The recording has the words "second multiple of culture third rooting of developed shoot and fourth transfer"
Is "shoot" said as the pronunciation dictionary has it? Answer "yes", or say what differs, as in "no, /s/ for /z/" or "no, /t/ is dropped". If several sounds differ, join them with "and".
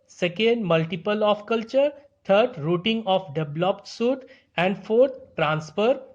no, /s/ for /ʃ/